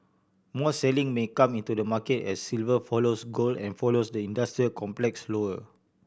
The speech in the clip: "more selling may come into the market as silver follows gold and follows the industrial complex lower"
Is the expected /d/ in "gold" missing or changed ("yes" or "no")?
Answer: yes